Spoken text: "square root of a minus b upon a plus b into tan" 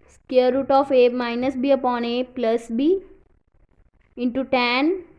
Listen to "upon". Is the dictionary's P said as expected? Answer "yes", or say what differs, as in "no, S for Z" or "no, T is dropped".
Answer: yes